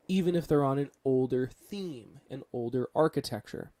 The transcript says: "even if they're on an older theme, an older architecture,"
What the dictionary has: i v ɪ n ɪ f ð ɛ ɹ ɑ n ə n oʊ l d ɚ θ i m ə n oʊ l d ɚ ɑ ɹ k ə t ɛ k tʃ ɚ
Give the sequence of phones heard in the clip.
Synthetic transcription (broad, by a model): i v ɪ n ɪ f ð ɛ ɹ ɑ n ə n oʊ l d ɚ θ i m ə n oʊ l d ɚ ɑ ɹ k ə t ɛ k tʃ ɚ